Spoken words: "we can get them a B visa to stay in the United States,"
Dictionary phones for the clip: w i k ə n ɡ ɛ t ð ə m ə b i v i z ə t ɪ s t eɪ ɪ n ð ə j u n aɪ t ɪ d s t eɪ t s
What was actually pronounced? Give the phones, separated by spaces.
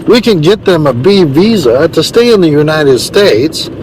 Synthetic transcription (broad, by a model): w i k ə n ɡ ɛ t ð ə m ə b i v i z ə t ɪ s t eɪ ɪ n ð ə j u n aɪ t ɪ d s t eɪ t s